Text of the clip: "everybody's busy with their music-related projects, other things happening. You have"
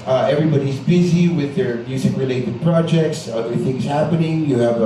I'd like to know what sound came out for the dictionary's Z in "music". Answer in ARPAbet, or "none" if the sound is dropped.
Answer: S